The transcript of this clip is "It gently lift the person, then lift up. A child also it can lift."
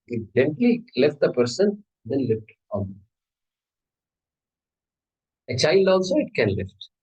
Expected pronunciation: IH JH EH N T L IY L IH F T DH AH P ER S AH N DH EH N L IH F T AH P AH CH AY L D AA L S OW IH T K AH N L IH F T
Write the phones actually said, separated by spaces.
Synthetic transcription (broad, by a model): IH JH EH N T L IY L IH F T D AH P ER S AH N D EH N L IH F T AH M AH CH AY L D AA L S OW IH T K AH N L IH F T